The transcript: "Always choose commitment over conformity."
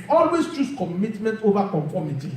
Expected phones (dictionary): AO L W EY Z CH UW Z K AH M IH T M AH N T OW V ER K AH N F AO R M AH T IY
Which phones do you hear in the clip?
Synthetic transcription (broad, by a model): AO L W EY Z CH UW S K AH M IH T M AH N T OW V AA K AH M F AO M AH T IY